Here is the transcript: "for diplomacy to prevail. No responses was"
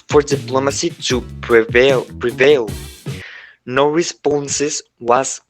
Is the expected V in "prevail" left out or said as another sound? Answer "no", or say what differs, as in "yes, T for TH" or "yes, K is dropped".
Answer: no